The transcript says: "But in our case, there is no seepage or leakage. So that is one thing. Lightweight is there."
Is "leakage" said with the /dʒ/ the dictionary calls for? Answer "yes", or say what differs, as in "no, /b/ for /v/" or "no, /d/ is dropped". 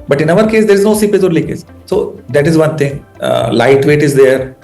no, /z/ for /dʒ/